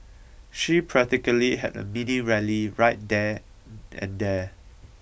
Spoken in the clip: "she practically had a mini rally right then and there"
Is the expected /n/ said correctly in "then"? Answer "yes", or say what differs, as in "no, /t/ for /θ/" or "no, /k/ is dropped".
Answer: no, /n/ is dropped